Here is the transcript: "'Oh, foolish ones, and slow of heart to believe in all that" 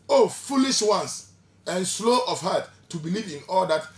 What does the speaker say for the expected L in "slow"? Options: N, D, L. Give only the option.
L